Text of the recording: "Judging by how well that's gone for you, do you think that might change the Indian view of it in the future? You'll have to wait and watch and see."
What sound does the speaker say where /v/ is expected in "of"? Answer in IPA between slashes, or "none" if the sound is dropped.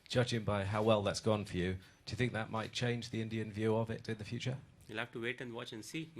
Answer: /v/